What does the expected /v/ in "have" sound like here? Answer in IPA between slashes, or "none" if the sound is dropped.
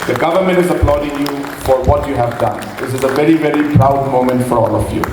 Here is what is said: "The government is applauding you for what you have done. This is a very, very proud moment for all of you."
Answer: /v/